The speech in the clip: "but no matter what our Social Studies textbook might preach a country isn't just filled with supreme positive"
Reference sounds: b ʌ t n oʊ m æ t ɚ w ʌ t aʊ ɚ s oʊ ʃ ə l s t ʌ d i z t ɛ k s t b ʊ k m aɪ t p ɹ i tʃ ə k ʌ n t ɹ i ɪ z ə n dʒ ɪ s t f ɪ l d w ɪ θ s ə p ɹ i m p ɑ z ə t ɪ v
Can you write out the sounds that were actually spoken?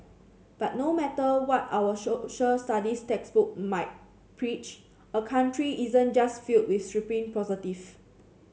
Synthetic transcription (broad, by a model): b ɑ t n oʊ m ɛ t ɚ w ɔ t aʊ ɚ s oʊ ʃ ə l s t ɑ d i s t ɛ k s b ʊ k m aɪ t p ɹ i tʃ ə k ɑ n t ɹ i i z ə n dʒ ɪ s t f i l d w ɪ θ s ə p i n p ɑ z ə t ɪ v